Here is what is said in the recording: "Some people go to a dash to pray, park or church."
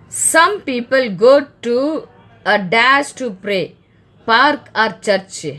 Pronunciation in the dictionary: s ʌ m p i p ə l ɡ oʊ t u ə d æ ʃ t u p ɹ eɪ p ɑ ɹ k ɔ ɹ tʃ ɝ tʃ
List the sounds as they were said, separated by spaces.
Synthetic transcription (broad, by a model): s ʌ m p i p ə l ɡ oʊ t u ə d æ s t u p ɹ eɪ p ɑ ɹ k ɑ ɹ tʃ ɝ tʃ